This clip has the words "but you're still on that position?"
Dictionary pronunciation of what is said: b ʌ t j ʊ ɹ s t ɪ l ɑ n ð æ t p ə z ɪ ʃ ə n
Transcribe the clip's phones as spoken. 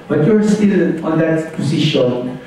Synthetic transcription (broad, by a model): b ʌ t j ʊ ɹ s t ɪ n ɑ n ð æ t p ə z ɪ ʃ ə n